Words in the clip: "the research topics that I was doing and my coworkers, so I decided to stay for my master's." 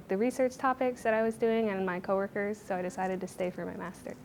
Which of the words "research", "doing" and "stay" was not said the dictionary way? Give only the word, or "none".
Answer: none